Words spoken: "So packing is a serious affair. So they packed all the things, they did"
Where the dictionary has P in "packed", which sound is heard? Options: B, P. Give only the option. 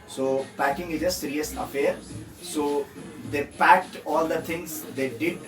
P